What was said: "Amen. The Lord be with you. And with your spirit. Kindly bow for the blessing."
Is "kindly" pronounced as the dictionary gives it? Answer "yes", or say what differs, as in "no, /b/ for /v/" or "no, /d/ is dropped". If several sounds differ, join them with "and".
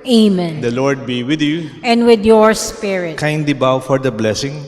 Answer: no, /l/ is dropped